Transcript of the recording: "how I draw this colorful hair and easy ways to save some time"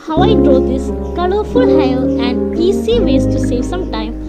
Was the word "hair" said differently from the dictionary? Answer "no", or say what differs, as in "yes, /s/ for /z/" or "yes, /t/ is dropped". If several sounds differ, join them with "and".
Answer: yes, /l/ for /ɹ/